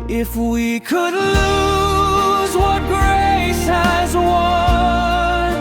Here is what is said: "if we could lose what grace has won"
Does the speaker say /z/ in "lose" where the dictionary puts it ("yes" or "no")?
yes